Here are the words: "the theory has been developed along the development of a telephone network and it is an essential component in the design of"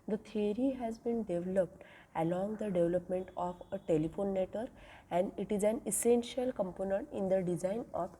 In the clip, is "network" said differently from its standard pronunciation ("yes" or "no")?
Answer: yes